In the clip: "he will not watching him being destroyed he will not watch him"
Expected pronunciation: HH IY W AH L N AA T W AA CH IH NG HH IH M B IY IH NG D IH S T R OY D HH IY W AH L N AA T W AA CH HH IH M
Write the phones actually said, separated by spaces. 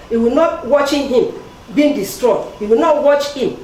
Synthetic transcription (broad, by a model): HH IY W AH L N AA T W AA CH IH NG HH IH M B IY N D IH S T R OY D HH IY W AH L N AA T W AA CH HH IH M